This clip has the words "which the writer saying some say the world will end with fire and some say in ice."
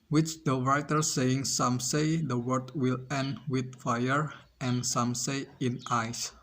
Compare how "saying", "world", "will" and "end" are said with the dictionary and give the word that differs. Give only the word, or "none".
world